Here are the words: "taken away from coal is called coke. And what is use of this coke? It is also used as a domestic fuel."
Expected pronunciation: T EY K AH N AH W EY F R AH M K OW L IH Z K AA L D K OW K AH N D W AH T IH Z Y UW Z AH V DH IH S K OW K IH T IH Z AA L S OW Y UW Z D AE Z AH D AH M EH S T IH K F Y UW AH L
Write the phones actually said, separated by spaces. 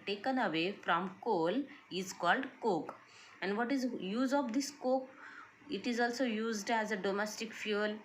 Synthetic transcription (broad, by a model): T EY K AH N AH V EY F R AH M K OW L IH Z K AA L D K OW K AH N D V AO T IH Z Y UW Z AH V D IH S K OW K IH T IH Z AA L S OW Y UW Z D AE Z AH D AH M EH S T IH K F Y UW L